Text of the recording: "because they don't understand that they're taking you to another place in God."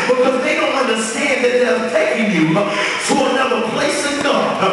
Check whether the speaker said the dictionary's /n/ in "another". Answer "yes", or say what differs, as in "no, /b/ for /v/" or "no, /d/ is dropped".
no, /n/ is dropped